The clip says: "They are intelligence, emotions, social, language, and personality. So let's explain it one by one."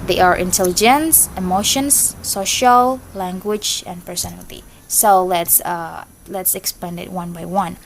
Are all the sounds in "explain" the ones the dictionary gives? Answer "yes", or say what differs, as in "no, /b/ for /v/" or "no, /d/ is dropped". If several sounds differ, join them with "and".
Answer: no, /l/ is dropped